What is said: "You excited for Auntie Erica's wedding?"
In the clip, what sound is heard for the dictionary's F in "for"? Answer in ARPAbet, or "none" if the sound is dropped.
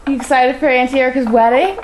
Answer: P